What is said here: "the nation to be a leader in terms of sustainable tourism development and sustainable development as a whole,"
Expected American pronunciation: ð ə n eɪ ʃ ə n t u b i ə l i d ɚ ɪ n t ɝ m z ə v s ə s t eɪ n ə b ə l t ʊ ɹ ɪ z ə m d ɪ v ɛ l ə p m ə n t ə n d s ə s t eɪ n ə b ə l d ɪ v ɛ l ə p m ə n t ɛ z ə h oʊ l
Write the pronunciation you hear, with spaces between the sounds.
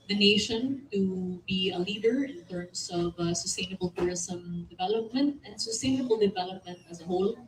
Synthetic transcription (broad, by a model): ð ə n eɪ ʃ ə n t u b i ə l i d ɚ ɪ n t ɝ m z ə v s ə s t eɪ n ə b ə l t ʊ ɹ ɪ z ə m d ɪ v ɛ l ə p m ə n t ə n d s ə s t eɪ n ə b ə l d ɪ v ɛ l ə p m ə n t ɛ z ə h oʊ l